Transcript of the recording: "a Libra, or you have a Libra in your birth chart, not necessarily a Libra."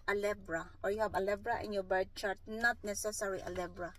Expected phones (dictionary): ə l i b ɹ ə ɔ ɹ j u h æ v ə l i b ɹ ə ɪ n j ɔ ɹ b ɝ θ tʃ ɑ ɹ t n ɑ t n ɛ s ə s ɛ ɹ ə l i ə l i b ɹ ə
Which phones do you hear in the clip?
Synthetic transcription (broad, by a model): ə l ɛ b ɹ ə ɔ ɹ j u h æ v ə l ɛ b ɹ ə ɪ n j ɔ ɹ b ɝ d tʃ ɑ ɹ t n ɑ t n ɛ s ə s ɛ ɹ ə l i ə l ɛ b ɹ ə